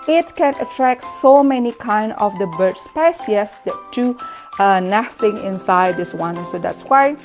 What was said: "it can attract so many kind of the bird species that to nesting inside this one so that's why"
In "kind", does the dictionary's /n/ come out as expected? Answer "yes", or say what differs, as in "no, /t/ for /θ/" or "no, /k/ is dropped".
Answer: yes